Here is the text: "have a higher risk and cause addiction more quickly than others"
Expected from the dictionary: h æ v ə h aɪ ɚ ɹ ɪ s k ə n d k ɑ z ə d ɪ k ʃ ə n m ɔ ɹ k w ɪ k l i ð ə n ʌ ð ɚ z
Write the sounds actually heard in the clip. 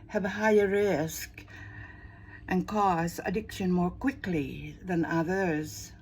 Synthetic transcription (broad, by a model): h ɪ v ə h aɪ ɚ ɹ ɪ s k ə n k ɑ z ə d ɪ k ʃ ə n m ɔ ɹ k w ɪ k l i ð ə n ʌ ð ɚ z